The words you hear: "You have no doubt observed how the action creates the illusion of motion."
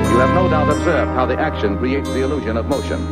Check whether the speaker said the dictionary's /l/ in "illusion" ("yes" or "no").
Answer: yes